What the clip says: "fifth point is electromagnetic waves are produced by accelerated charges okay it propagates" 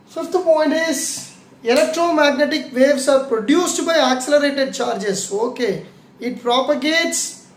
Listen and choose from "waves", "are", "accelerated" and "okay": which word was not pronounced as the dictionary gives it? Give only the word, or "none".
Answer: waves